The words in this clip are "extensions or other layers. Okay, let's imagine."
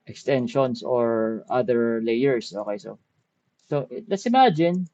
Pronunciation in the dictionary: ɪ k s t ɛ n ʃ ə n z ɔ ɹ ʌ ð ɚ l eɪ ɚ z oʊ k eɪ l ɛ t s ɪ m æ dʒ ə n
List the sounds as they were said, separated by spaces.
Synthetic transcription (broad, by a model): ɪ k s t ɛ n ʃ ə n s ɔ ɹ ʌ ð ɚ l eɪ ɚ s oʊ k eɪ l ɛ t s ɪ m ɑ dʒ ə n